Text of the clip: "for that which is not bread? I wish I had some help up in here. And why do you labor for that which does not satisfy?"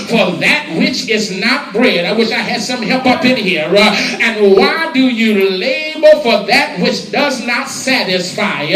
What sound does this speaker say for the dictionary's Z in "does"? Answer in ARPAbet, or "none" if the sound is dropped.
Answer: Z